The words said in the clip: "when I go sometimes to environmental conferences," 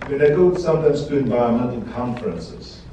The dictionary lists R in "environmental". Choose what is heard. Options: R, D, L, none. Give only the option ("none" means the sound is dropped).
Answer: none